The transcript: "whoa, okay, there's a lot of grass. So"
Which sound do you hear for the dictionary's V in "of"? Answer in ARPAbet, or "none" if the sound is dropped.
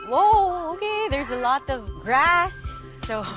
V